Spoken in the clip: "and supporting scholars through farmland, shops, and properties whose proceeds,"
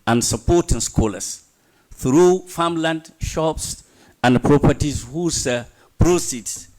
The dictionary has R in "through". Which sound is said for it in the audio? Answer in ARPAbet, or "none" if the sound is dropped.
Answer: R